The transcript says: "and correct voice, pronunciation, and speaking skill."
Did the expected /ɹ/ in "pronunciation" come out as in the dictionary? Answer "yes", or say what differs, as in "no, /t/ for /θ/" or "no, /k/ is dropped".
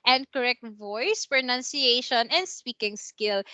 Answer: yes